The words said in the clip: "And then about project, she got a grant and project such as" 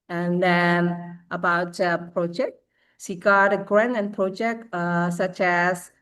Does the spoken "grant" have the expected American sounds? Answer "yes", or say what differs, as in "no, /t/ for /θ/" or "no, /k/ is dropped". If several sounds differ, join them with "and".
no, /t/ is dropped